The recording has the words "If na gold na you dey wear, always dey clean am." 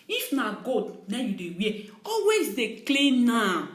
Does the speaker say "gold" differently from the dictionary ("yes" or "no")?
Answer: yes